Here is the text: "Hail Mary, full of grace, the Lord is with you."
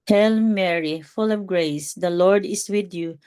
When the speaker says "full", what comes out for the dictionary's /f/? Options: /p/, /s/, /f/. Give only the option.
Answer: /f/